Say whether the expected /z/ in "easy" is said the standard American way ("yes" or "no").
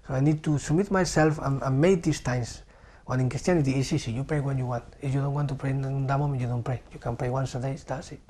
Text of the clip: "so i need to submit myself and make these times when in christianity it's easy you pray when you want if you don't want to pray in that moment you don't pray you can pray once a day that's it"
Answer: no